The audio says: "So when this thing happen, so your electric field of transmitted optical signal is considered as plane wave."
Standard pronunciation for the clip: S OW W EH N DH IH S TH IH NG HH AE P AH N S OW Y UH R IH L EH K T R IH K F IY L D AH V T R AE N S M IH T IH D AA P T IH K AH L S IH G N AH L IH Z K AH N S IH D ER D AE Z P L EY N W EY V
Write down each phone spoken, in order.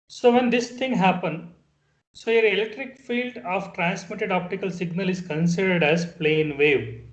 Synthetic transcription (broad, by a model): S OW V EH N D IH S T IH NG HH AE P AH N S OW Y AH R IH L EH K T R IH K F IY L D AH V T R AE N S M IH T IH D AA P T IH K AH L S IH G N AH L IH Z K AH N S IH D ER D AE Z P L EY N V EY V